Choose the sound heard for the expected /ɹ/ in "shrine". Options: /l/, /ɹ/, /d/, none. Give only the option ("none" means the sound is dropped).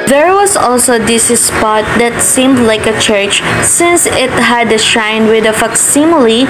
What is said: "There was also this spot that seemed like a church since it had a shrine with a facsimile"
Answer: none